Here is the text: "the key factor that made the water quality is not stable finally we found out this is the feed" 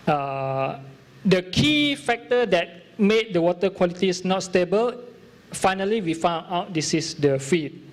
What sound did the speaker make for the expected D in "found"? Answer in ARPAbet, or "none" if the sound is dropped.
none